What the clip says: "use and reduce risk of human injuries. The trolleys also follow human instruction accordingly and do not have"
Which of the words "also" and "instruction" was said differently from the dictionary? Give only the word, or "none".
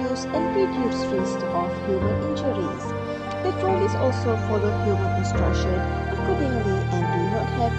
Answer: none